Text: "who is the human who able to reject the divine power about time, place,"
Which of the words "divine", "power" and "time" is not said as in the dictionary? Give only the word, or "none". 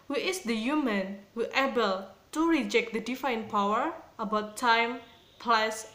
divine